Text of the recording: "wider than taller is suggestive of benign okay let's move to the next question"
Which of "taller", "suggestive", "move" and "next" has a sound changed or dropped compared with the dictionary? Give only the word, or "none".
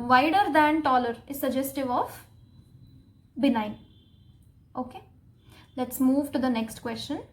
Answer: none